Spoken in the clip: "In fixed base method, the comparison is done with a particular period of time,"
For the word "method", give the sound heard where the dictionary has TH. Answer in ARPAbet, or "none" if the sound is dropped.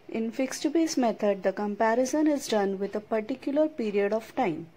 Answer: T